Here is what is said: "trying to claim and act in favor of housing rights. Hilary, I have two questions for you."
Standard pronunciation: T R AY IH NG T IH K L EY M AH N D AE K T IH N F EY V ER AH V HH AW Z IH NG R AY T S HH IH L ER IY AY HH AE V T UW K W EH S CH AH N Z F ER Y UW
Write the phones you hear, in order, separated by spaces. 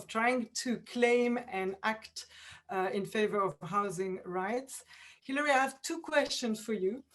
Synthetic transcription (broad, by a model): T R AY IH NG T IH K L EY M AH N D AE K T IH N F EY V ER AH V HH AW Z IH NG R AY T S HH IH L ER IY AY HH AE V T UW K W EH S CH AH N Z F ER Y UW